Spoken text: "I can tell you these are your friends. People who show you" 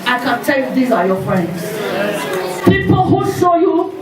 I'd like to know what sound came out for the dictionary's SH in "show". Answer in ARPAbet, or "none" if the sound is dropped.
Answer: S